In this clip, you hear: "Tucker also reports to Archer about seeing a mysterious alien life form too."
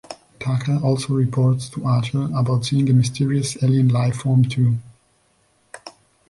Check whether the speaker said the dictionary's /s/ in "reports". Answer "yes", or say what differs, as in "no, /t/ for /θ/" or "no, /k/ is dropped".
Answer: yes